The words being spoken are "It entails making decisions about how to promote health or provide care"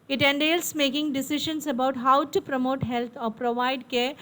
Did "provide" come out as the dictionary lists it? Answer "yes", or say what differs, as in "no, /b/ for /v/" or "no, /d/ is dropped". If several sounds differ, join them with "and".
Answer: yes